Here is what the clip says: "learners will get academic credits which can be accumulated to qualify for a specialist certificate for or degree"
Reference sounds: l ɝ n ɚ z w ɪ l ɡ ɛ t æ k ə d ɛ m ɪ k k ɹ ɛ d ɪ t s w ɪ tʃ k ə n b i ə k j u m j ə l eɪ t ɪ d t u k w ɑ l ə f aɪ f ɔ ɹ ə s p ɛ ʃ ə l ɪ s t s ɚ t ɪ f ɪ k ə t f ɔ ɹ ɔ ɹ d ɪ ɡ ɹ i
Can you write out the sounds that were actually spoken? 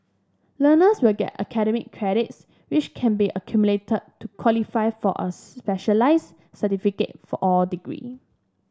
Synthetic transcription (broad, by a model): l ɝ n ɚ s w ɪ l ɡ ɛ t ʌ k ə d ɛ m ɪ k k ɹ ɛ d ɪ t s w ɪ tʃ k ə n b i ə k j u m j l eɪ t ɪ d t u k w ɑ l ə f aɪ f ɔ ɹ ə s p ɛ ʃ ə l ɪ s s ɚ t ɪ f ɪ k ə t f ɔ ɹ ɔ l d ɪ ɡ ɹ i